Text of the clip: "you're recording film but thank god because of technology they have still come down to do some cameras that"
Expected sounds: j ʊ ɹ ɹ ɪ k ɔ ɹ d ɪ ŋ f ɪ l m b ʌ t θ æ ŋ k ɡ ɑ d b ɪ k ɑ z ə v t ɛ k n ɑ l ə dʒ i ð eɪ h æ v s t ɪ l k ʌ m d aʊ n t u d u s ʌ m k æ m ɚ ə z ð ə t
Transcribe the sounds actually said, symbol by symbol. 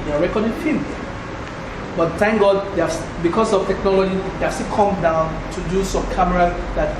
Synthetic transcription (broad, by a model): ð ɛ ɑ ɹ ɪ k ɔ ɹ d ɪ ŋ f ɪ m b ʌ t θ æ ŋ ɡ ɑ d b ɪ k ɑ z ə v t ɛ k n ɑ l ə dʒ i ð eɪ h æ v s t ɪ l k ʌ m d aʊ n t u d u s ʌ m k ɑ m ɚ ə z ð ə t